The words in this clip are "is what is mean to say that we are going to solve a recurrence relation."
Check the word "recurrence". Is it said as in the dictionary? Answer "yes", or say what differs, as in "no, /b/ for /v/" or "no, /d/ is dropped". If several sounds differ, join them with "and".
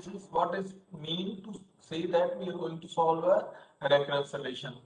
no, /n/ is dropped